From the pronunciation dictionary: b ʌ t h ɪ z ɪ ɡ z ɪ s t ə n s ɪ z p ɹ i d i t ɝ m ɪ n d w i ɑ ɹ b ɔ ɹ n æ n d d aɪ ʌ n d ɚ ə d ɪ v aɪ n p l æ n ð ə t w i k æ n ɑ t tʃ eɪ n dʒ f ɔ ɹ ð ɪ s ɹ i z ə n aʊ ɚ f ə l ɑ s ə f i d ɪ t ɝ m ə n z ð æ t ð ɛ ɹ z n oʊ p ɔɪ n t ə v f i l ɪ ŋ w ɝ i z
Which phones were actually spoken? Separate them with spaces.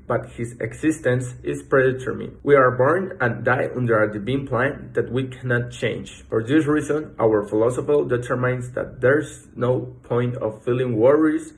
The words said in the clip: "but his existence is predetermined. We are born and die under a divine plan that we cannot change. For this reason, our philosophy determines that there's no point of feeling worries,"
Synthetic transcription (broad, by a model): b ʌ t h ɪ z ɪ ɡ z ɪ s t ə n s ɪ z p ɹ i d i t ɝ m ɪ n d w i ɑ ɹ b ɔ ɹ n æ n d d aɪ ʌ n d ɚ ə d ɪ b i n p l æ n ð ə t w i k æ n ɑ t tʃ eɪ n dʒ f ɔ ɹ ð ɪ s ɹ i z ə n aʊ ɚ f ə l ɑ s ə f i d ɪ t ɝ m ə n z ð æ t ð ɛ ɹ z n oʊ p ɔɪ n t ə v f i l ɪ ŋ w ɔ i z